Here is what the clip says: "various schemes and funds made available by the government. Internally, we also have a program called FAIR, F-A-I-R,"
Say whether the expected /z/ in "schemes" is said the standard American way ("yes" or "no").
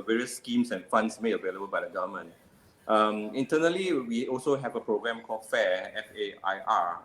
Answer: no